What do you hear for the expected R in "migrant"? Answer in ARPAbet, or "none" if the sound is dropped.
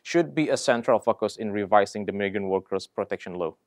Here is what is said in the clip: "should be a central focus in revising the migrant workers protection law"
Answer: none